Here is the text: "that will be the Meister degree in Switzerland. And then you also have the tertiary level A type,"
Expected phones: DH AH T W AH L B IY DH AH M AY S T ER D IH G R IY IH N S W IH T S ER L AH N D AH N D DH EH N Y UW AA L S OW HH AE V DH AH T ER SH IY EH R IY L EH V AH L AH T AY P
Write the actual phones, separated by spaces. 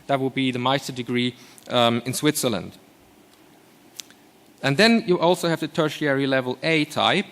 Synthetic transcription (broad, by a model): DH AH T W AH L B IY DH AH M AY S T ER D IH G R IY IH N S W IH T S ER L AH N D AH N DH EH N Y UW AA L S OW HH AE V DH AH T ER SH IY EH R IY L EH V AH L AH T AY P